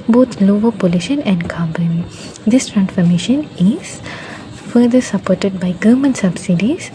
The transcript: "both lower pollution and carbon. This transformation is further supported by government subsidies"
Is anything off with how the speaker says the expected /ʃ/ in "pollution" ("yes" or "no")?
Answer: no